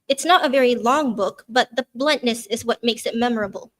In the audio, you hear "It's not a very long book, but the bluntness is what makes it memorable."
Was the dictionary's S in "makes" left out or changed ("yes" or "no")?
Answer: no